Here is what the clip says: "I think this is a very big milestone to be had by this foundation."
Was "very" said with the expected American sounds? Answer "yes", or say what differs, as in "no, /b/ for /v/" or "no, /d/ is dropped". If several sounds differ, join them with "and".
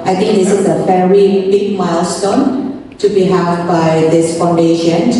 no, /f/ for /v/